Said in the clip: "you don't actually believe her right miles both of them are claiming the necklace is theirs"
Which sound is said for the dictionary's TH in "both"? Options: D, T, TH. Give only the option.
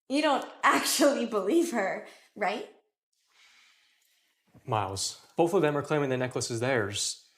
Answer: TH